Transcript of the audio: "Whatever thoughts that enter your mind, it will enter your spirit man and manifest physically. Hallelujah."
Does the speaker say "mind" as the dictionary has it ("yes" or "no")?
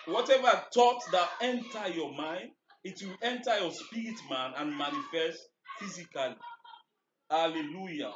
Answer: yes